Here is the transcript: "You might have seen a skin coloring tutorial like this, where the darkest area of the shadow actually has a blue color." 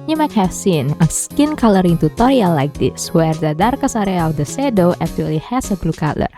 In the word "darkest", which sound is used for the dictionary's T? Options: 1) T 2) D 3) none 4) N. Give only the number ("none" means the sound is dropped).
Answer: 3